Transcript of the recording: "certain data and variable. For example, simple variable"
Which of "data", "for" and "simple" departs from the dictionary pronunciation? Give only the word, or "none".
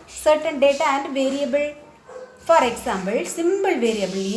simple